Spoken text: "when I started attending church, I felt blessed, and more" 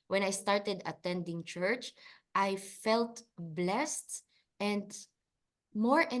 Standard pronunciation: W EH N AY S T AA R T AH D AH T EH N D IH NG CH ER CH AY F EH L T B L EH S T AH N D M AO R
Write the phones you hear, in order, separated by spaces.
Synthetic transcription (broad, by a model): W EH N AY S T AA R T AH D AH T EH N D IH NG CH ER CH AY F EH L T B L EH S T AH N D M AO R